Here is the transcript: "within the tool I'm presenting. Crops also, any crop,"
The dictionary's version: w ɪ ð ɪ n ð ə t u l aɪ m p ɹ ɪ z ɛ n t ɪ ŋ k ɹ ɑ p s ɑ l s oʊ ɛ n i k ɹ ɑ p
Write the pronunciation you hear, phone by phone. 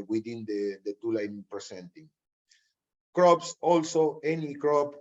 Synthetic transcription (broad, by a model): w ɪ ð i n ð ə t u l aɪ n p ɹ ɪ s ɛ n t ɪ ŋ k ɹ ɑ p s ɑ l s oʊ ɛ n i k ɹ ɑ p